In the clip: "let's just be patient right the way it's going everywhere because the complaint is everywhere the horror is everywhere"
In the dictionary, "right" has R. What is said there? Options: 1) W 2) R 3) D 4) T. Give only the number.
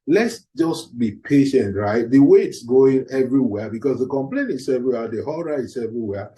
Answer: 2